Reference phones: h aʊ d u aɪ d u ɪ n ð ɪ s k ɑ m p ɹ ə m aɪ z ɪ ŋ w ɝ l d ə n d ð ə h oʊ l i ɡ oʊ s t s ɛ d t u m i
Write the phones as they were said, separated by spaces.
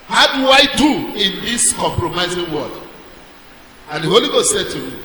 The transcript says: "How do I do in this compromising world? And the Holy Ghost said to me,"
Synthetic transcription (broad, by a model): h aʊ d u aɪ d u ɪ n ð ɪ s k ɑ m p ɹ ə m aɪ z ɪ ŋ w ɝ d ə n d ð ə h oʊ l i ɡ oʊ s t s ɛ d t u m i